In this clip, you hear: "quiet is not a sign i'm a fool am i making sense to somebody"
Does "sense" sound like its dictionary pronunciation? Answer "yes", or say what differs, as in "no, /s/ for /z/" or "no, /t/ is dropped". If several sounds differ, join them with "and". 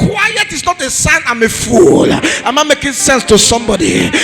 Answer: yes